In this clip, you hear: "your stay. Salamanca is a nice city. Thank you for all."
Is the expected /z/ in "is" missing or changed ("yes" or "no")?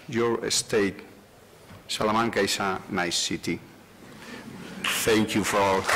yes